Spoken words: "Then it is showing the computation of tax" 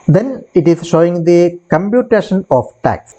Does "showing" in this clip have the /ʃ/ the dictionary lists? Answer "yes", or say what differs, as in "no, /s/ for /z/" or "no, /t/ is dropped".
yes